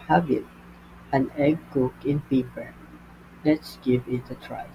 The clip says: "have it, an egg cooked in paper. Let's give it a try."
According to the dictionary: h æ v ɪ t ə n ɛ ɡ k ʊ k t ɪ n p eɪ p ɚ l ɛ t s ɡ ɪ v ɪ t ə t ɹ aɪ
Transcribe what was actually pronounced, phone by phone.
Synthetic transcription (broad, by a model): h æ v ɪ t ə n ɛ ɡ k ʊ k ɪ n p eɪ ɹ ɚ l ɛ t s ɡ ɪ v ɪ t ə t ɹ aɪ